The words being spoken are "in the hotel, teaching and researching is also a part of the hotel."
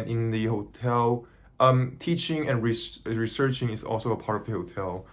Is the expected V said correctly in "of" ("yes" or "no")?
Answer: yes